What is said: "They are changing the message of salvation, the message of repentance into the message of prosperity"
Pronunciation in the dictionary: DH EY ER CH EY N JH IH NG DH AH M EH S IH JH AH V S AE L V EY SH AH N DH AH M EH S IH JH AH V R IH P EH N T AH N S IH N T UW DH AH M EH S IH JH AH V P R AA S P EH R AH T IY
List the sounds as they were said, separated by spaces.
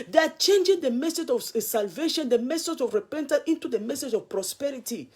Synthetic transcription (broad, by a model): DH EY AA CH EY N JH IH NG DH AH M EH S IH JH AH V S AE L V EY SH AH N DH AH M EH S IH JH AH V R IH P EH N T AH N IH N T UW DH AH M EH S IH JH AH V P R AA S P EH R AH T IY